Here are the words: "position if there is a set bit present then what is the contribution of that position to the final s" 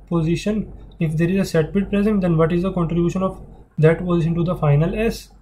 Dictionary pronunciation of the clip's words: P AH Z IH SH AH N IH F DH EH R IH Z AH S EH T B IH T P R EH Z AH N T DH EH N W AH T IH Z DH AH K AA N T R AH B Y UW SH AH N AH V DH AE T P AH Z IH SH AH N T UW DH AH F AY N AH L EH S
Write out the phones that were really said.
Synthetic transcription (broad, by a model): P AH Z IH SH AH N IH F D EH R IH Z AH S EH T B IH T P R EH Z AH N T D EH N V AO T IH Z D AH K AA N T R AH B Y UW SH AH N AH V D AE T P AH Z IH SH AH N T UW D AH F AY N AH L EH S